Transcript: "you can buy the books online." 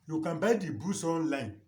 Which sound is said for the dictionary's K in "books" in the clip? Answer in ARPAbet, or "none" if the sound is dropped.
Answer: none